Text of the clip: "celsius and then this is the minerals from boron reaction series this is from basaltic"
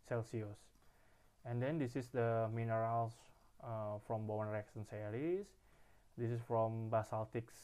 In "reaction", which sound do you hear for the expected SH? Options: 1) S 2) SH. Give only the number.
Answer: 1